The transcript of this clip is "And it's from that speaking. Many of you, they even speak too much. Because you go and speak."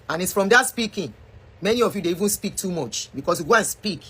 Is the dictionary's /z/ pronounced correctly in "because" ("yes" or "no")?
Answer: no